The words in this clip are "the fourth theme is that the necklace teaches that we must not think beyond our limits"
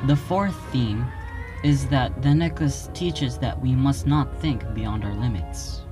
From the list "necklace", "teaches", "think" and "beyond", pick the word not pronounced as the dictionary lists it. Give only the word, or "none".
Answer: none